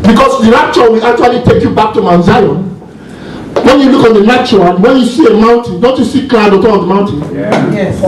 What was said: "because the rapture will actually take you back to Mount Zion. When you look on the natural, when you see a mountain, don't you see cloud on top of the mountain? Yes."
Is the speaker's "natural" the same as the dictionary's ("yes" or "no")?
no